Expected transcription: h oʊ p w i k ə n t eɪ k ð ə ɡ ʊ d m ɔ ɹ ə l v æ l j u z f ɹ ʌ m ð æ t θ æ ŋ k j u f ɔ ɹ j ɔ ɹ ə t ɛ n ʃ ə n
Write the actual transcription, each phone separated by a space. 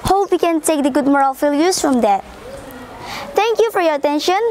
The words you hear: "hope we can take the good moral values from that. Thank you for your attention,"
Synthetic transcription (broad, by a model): h oʊ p w i k ə n t eɪ k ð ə ɡ ʊ d m ɔ ɹ ə l f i l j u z f ɹ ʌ m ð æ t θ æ ŋ k j u f ɔ ɹ j ɔ ɹ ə t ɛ n ʃ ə n